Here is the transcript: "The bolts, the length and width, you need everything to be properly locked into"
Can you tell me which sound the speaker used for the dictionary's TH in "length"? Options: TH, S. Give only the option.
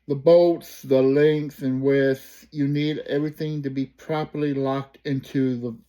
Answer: S